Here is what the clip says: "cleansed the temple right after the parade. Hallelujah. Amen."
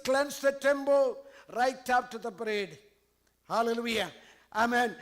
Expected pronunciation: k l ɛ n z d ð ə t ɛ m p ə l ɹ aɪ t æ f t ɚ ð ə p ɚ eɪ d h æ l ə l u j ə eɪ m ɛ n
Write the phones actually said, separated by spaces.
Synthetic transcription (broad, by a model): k l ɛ n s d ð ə t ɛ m b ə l ɹ aɪ t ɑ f t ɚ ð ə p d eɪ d h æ l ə l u j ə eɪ m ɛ n